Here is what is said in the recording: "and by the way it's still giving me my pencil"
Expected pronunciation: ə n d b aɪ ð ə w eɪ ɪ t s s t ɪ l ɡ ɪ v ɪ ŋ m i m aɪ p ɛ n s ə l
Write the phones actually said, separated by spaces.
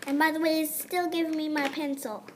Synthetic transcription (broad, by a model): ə n b aɪ ð ə w eɪ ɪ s s t ɪ l ɡ ɪ v ɪ ŋ m i m aɪ p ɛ n s l